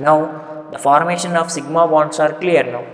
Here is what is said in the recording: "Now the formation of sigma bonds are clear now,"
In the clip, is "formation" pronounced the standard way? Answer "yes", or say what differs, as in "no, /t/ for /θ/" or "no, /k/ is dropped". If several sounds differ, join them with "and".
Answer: yes